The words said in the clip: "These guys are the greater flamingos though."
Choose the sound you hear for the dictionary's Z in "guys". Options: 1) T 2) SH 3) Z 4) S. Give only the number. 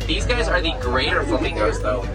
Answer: 3